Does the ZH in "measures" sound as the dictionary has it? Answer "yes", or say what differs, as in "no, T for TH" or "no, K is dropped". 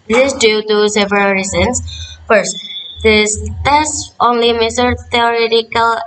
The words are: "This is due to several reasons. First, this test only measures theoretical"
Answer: no, S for ZH